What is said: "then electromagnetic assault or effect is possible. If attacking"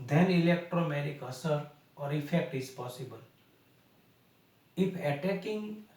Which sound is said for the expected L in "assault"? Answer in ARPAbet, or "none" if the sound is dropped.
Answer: none